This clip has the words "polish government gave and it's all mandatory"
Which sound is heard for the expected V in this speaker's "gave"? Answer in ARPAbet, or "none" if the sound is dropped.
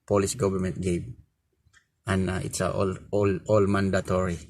B